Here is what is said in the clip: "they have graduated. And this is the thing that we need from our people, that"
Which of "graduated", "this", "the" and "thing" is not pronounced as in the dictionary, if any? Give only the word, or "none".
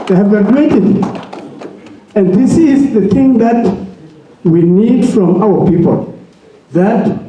graduated